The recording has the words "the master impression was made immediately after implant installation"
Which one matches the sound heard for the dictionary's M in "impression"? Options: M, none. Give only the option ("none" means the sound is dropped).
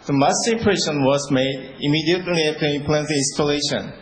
none